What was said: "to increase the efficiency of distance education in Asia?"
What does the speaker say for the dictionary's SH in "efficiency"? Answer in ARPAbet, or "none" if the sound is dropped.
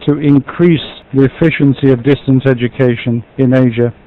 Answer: SH